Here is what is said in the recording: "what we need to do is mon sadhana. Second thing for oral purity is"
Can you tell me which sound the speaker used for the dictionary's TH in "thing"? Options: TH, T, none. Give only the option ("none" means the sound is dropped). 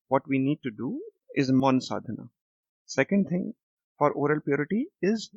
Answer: T